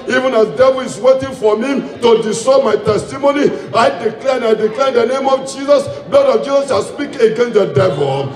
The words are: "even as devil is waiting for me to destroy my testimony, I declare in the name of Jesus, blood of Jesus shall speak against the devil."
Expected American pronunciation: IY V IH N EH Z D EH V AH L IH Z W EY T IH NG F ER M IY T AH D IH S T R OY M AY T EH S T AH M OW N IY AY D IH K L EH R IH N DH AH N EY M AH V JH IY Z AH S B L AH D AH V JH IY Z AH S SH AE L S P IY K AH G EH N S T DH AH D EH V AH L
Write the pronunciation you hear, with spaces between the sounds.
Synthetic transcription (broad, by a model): IY V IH N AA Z D EH V AH L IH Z W EY T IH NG F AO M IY T AH D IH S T OY M AY T EH S T AH M OW N IY AY D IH K L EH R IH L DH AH N EY M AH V JH IY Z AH S B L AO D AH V JH IY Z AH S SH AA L S P IY K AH G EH N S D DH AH D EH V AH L